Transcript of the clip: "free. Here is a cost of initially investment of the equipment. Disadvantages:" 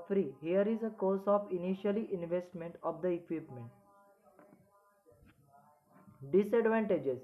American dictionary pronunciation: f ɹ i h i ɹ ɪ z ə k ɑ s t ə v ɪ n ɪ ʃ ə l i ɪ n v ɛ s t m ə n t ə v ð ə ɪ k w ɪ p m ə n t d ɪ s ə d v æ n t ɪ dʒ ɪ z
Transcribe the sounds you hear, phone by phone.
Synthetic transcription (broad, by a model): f ɹ i h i ɹ ɪ z ə k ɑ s ə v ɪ n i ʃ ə l i ɪ n v ɛ s t m ə n t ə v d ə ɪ k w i p m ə n t d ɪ s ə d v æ n t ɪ dʒ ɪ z